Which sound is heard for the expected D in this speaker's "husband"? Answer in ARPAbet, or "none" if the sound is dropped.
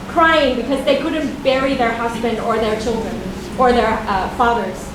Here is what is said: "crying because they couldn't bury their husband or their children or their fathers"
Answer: D